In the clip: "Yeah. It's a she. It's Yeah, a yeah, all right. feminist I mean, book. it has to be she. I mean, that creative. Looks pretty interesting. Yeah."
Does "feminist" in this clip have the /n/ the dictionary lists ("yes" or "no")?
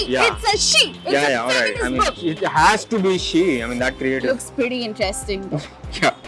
no